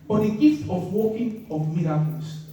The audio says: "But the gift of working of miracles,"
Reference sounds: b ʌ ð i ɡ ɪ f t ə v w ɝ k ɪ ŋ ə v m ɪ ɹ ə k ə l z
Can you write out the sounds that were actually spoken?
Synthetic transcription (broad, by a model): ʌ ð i ɡ ɪ f t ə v w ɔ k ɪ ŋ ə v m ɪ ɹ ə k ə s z